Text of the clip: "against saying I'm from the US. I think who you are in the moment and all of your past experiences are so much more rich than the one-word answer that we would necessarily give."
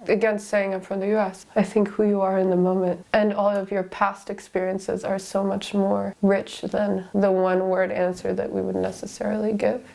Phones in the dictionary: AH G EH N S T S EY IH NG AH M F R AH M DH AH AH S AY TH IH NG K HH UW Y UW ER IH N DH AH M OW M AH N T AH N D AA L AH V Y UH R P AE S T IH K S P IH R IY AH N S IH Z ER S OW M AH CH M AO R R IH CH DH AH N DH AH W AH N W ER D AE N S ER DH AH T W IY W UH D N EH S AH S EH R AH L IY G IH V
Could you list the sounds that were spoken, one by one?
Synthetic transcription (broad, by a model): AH G EH N S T S EY IH NG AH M F R AH M DH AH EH S AY TH IH NG K HH UW Y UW ER IH N DH AH M OW M AH N T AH N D AA L AH V Y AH R P AE S T IH K S P IH R IY AH N S IH Z ER S OW M AH CH M AO R R IH CH DH AH N DH AH W AH N W ER D AE N S ER DH AH T W IY W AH D N EH S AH S EH R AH L IY G IH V